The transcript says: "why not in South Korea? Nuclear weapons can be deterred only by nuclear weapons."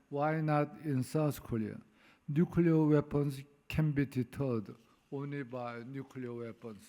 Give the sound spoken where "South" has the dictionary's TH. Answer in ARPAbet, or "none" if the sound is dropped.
S